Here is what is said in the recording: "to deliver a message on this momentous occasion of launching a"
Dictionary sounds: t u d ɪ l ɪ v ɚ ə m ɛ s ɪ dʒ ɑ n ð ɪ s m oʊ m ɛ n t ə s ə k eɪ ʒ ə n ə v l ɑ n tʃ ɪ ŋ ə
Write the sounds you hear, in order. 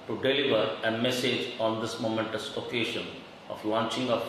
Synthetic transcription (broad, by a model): t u d ɪ l ɪ v ɚ ə m ɛ s ɪ dʒ ɑ n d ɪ s m oʊ m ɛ n t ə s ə k eɪ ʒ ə n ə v l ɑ n tʃ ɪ ŋ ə